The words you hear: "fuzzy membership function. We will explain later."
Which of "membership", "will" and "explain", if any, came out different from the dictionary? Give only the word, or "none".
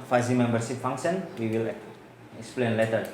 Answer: membership